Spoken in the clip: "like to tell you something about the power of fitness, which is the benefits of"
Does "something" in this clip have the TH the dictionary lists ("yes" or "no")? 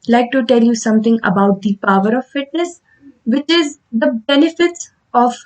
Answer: no